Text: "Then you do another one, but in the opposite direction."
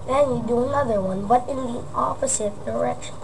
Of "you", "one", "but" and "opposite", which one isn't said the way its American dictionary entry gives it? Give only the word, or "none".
opposite